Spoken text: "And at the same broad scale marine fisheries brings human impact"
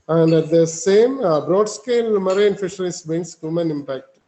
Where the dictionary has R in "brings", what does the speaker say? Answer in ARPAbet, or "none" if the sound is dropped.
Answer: none